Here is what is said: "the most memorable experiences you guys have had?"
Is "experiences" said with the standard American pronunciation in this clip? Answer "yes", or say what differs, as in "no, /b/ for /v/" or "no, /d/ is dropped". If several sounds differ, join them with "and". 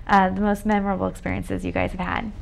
yes